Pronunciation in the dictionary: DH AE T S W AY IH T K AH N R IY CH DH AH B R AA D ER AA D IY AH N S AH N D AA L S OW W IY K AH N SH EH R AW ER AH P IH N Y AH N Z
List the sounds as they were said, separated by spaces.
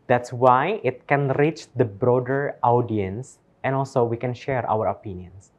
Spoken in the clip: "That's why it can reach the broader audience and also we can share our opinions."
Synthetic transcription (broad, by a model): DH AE T S W AY IH T K AH N R IY CH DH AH B R AA D ER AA D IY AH N S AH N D AA L S OW W IY K AH N SH EH R AW ER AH P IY N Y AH N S